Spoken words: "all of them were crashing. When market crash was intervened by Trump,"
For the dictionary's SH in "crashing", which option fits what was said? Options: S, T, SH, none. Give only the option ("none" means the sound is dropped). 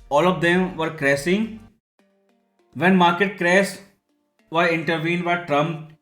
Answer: S